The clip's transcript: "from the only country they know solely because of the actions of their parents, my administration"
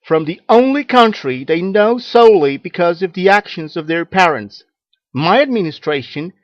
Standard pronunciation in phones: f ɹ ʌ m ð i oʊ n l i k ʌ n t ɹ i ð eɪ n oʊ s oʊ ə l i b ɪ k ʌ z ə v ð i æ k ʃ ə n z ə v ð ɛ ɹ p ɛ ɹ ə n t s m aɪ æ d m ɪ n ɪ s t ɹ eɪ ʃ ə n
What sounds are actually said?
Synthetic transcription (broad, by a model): f ɹ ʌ m ð i oʊ n l i k ʌ n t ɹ i ð eɪ n oʊ s oʊ ə l i b ɪ k ʌ z ə v ð i æ k ʃ ə n z ə v ð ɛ ɹ p ɛ ɹ ə n t s m aɪ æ d m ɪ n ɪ s t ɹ eɪ ʃ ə n